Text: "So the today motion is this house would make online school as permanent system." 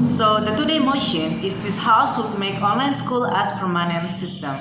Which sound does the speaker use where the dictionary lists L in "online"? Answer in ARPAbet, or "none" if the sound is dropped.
L